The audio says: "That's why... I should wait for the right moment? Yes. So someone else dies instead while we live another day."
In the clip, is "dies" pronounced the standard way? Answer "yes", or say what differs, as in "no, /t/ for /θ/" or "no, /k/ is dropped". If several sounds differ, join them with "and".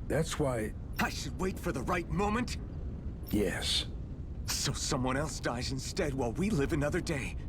yes